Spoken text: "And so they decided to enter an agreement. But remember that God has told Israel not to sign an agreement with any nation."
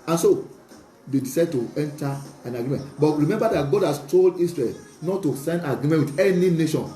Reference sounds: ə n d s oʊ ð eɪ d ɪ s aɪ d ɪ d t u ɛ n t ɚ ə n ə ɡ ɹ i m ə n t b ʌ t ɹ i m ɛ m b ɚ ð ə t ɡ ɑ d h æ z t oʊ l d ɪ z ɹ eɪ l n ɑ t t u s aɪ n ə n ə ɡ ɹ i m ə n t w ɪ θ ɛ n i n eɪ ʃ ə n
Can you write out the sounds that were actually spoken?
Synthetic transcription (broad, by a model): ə n s oʊ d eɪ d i s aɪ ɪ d t u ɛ n t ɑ ə n ə ɡ ɹ i m ə n t b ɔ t ɹ i m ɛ m b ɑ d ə t ɡ ɑ d h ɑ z t oʊ l d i s ɹ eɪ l n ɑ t t u s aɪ ə n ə ɡ ɹ i m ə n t w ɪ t ɛ n i n eɪ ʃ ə n